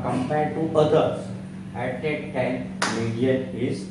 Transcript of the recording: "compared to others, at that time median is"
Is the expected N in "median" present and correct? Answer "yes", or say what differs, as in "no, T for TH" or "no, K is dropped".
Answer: no, N is dropped